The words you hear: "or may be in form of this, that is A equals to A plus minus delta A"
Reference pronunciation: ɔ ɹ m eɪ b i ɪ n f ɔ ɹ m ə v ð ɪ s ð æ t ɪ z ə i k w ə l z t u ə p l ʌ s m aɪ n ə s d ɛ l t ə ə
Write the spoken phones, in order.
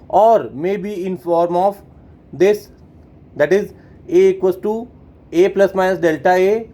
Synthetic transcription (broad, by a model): ɔ ɹ m eɪ b i ɪ n f ɔ ɹ m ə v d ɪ s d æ t ɪ z ə k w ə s t u ə p l ʌ s m aɪ n ə s d ɛ l t ə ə